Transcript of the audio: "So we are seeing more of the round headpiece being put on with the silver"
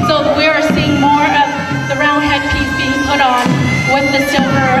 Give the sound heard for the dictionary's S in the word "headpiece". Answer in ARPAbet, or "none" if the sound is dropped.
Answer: none